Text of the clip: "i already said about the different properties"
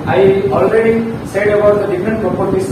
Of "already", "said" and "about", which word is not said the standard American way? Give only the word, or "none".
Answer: none